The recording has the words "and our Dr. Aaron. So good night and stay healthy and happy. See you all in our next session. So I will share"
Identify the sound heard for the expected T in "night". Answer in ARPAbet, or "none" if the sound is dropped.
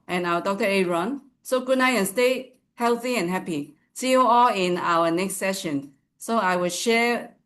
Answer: none